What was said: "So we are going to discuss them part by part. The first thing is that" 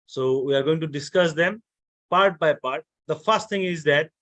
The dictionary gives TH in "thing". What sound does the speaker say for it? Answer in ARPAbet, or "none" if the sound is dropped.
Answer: T